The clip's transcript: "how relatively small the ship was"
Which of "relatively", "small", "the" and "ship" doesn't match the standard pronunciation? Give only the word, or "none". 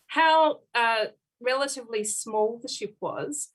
none